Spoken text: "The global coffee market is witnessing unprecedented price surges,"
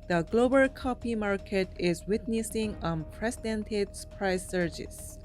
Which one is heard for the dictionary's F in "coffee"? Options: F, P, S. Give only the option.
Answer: P